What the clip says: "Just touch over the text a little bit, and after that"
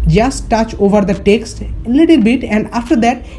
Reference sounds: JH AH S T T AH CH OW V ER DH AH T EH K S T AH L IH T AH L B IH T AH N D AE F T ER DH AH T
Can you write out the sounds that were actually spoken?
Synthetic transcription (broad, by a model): JH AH S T T AH CH OW V ER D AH T EH K S T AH L IH T AH L B IH T AH N D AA F T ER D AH T